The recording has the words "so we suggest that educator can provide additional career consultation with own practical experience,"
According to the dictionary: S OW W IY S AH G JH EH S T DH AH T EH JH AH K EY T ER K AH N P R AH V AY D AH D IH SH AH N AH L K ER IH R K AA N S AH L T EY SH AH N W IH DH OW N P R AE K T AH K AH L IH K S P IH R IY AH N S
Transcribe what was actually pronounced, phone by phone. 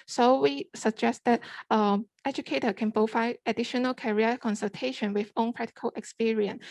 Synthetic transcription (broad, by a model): S OW W IY S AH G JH EH S T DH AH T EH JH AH K EY T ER K AH N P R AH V AY AH D IH SH AH N AH L K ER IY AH K AA N S AH L T EY SH AH N W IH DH OW N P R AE K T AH K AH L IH K S P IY R IY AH N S